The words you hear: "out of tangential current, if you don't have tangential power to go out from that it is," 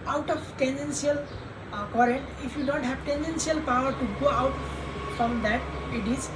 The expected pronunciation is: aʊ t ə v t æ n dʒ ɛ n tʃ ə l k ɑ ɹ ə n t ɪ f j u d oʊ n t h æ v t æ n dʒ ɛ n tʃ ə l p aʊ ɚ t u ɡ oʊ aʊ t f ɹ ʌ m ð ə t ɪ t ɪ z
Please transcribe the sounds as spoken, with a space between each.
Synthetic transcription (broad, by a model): aʊ t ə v t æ n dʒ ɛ n s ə l k ɑ ɹ ə n t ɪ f j u d oʊ n t h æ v t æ n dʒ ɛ n s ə l p aʊ ɚ t u ɡ oʊ aʊ t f ɹ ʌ m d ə t ɪ t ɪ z